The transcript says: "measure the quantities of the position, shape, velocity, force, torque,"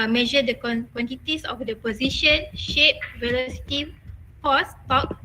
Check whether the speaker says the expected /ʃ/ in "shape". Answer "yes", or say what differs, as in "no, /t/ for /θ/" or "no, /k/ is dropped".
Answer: yes